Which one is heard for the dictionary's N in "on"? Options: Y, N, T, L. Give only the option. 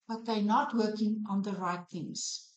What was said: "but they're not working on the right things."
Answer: N